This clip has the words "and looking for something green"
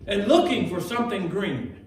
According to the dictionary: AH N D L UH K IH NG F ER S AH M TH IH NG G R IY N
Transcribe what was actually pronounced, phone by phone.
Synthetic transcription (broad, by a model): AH N L UH K IH NG F ER S AH M TH IH NG G R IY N